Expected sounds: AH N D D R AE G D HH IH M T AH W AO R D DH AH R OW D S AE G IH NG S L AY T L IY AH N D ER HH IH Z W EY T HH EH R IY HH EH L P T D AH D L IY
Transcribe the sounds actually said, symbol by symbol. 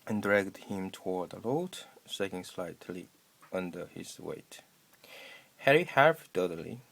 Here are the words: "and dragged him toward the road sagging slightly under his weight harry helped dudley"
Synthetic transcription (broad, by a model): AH N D D R AE G D HH IH M T AH W AO R D DH AH L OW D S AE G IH NG S L AY T L IY AH N D ER HH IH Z W EY T HH EH R IY HH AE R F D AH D L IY